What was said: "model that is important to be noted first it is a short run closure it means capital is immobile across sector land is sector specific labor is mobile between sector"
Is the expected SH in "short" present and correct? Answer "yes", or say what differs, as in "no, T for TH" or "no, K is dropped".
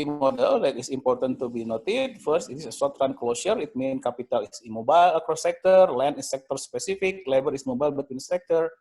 no, S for SH